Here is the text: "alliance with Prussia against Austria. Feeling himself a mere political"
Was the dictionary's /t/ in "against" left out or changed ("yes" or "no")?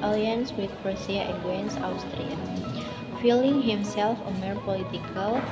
yes